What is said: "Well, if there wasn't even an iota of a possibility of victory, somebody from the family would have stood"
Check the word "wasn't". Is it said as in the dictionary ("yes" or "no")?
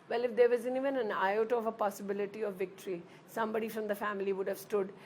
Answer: no